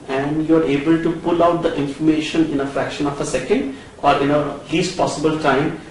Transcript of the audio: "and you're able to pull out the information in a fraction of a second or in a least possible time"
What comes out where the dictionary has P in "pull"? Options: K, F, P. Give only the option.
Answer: P